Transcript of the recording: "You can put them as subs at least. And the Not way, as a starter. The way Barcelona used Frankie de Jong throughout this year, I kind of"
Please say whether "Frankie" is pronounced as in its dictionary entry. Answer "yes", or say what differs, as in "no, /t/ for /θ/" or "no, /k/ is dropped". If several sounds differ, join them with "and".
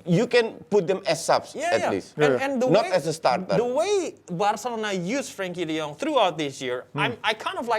yes